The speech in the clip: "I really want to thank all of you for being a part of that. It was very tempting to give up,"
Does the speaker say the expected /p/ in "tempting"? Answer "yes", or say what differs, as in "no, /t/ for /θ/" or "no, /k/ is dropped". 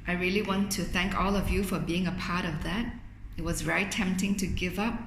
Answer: yes